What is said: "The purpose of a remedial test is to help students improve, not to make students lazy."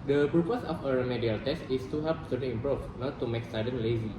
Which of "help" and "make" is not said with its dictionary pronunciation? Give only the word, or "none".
help